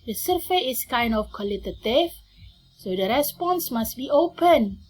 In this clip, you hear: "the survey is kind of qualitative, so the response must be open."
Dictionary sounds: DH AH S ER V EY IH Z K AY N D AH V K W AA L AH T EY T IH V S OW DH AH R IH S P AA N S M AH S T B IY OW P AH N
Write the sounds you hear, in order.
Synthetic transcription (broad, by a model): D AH S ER F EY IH S K AY N D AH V K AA L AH T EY T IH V S OW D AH R IH S P AA N S M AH S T B IY OW P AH N